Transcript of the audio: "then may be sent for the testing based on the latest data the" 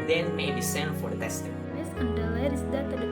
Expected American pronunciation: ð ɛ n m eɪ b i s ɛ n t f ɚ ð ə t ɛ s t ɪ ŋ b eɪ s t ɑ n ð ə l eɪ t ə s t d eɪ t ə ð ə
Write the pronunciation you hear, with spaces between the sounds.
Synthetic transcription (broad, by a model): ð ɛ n m eɪ b i s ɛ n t f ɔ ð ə t ɛ s t ɪ ŋ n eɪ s ɑ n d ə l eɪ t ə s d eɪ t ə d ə